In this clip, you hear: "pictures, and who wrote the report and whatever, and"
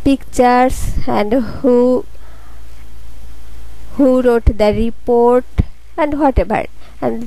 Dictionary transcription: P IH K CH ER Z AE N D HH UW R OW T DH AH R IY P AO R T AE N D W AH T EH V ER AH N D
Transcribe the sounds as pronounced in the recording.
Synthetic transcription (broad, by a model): P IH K CH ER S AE N D HH UW R OW T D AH R IY P AO R T AE N D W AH T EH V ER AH N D